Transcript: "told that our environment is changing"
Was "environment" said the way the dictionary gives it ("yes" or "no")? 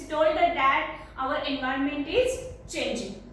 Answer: yes